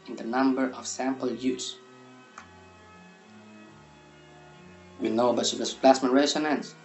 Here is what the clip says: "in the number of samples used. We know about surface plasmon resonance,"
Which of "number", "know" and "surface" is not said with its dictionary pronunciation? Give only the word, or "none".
surface